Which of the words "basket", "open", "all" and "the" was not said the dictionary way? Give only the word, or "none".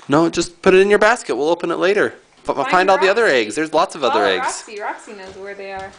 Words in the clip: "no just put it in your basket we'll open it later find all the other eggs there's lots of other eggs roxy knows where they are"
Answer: none